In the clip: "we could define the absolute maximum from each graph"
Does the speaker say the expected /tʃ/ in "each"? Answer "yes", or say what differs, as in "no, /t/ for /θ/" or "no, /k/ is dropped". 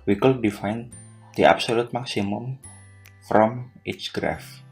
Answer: no, /s/ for /tʃ/